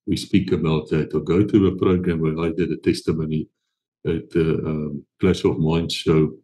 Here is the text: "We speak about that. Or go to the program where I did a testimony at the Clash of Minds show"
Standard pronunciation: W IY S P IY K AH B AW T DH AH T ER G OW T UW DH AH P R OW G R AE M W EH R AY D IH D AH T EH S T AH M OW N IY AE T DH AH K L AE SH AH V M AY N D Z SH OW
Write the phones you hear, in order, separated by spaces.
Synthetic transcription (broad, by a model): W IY S P IY K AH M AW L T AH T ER G OW T UW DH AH P R OW G R AE M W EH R AY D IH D AH T EH S T AH M OW N IY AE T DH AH K L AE S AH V M AY N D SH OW